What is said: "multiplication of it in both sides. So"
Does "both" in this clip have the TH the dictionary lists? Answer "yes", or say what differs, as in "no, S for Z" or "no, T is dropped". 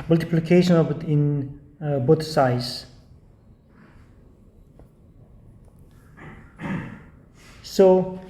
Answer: no, T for TH